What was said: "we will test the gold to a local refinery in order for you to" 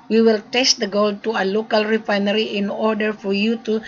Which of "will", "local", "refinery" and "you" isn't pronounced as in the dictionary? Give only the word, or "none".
none